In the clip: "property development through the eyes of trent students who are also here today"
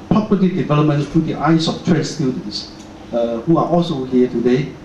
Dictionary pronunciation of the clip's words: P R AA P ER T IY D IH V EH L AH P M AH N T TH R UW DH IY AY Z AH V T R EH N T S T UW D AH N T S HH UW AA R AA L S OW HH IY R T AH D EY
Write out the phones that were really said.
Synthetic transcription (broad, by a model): P R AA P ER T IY D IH V EH L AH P M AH N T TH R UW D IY AY S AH F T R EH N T S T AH L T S HH UW AA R AA L S OW HH IY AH T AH D EY